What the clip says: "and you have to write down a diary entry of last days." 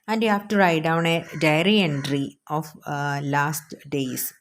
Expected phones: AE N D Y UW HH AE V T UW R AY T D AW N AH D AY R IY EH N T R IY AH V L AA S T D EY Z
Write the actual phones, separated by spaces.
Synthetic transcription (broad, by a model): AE N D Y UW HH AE F T UW R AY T D AW N AH D AY R IY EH N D R IY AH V L AA S T D EY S